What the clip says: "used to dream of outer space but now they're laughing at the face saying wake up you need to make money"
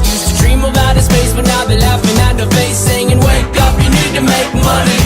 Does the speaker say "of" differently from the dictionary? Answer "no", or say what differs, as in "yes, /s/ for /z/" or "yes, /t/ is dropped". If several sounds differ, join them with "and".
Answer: yes, /b/ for /v/